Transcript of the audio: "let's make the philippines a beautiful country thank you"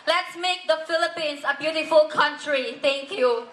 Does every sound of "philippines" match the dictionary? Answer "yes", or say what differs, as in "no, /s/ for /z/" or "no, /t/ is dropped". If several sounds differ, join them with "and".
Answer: no, /s/ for /z/